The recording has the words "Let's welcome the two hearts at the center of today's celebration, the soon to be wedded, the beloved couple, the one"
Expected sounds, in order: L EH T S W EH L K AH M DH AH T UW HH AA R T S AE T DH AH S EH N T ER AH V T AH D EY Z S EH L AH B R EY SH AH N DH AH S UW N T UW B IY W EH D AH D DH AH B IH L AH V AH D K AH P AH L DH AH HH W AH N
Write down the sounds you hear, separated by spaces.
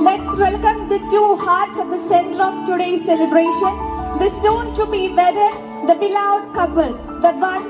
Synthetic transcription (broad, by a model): L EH T S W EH L K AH M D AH T UW HH AA R T S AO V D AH S EH N T ER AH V T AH D EY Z S EH L AH B R EY SH AH N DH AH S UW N T UW B IY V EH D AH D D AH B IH L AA AH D K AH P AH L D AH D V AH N